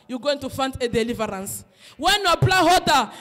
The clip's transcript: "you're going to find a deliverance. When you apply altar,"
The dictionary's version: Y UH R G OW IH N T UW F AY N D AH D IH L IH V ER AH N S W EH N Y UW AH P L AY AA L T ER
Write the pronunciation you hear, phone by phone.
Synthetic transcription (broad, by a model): Y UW G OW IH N T UW F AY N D AH D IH L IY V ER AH N S W EH N Y UW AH B L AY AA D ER